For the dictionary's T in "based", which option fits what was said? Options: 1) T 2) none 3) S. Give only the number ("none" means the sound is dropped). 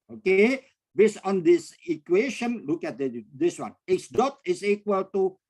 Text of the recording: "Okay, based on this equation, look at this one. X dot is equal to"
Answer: 2